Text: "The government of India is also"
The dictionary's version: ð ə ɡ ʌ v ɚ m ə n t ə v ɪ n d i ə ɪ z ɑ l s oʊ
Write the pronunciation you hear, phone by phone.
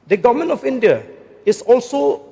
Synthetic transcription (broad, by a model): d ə ɡ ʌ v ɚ m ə n ə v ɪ n d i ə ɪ s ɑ l s oʊ